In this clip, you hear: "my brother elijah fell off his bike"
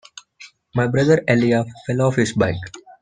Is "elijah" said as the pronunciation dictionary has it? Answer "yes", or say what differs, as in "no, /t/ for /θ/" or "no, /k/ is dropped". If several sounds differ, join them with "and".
no, /dʒ/ is dropped